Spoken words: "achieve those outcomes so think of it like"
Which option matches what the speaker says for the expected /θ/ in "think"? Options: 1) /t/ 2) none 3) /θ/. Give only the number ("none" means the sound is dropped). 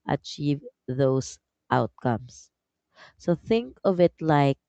3